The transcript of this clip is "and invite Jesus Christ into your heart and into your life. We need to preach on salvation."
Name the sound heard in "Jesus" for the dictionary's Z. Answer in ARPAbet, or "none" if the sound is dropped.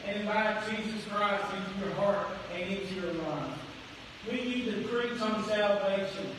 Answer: Z